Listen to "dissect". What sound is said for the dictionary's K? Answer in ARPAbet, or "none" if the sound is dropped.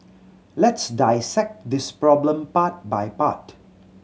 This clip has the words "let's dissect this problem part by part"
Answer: K